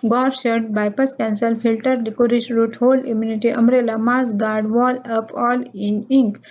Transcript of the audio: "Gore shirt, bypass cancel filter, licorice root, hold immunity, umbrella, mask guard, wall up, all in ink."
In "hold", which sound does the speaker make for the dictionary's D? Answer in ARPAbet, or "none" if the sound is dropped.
none